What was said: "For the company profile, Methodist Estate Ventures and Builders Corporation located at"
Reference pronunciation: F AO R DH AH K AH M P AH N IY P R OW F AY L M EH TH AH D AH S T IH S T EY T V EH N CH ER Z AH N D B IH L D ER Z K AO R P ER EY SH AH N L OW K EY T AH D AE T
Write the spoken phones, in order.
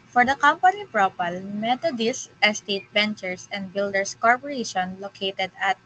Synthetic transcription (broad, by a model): F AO R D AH K AH M P AH N IY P R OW P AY L M EH T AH D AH S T IH S T EY T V EH N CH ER S AH N D B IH L D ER S K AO R P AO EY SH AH N L OW K EY T AH D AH T